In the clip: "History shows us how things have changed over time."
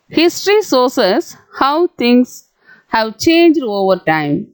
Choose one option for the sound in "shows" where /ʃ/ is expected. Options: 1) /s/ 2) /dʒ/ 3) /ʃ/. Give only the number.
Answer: 1